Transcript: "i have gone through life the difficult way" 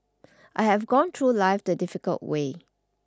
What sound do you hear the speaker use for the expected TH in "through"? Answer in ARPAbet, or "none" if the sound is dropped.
T